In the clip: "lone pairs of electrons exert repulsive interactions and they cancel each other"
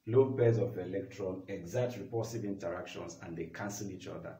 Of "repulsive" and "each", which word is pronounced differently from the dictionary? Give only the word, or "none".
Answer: repulsive